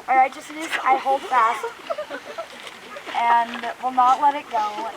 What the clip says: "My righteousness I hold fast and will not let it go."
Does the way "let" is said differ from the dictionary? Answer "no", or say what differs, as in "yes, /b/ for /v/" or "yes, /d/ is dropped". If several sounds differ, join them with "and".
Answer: no